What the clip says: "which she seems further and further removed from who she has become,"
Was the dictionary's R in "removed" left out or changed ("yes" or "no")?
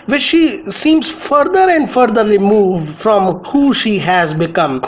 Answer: yes